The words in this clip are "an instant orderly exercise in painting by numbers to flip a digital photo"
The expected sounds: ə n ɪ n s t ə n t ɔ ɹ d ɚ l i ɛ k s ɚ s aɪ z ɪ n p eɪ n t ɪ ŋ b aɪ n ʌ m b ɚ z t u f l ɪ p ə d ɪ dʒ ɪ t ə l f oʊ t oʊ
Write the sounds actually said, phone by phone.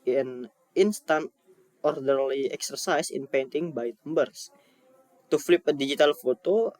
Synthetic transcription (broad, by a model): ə n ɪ n s t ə n t ɔ ɹ d ɚ l i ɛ k s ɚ s aɪ s ɪ n p eɪ n t ɪ ŋ b aɪ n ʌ m b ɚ s t u f l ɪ p ə d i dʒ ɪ t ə l f oʊ t oʊ